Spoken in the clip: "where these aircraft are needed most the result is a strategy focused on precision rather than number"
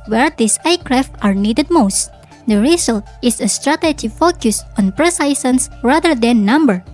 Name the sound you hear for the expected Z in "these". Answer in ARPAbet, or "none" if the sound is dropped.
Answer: S